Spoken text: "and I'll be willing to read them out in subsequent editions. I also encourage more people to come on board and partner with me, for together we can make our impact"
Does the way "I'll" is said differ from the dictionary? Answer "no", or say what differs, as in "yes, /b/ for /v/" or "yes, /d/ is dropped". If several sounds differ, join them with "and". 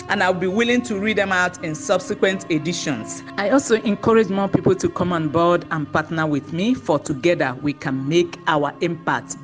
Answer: yes, /w/ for /l/